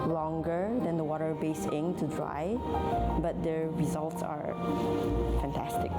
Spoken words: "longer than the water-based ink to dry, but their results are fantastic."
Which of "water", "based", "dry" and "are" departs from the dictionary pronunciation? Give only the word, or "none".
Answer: based